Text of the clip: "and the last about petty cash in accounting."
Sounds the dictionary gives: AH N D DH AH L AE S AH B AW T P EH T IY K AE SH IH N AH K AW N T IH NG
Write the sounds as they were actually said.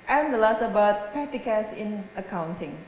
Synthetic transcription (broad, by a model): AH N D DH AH L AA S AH B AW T P EH T IY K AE S IH N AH K AW N T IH NG